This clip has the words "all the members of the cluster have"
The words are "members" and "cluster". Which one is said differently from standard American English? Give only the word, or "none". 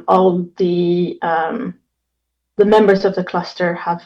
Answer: none